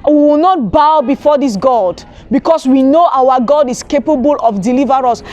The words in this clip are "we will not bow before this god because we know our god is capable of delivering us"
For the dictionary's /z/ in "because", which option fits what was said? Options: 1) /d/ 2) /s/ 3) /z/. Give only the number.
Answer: 2